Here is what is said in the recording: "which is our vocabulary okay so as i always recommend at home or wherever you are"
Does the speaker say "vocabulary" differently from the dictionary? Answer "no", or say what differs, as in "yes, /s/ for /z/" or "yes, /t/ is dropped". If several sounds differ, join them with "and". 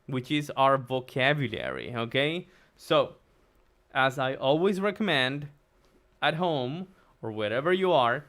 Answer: no